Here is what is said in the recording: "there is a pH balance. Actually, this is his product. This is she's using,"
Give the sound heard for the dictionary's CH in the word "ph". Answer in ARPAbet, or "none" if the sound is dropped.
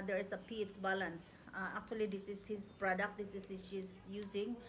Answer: S